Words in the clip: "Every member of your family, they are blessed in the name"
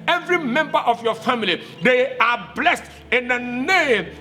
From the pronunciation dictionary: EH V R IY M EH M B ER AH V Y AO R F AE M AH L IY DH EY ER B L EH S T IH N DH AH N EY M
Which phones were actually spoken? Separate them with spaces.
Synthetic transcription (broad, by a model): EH V R IY M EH M B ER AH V Y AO F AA M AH L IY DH EY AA B L EH S T IH N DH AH N EY M